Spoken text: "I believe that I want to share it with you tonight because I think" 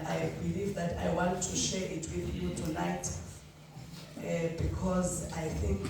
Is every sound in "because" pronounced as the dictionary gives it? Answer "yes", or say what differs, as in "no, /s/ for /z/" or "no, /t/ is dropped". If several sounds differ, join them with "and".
yes